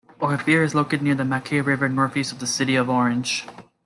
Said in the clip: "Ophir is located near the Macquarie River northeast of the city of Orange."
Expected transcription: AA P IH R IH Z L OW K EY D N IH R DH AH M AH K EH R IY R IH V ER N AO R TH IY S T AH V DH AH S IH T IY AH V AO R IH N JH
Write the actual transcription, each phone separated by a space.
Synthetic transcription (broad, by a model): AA F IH R IH Z L OW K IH D N IH R DH AH M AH K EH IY R IH V ER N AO R F IY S AH V DH AH S IH T IY AH V AO R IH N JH